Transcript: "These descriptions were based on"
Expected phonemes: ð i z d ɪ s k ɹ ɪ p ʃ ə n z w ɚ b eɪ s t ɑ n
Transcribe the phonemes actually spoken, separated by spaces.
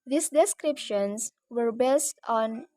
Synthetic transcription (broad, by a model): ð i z d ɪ s k ɹ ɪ p ʃ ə n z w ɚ b eɪ s t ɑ n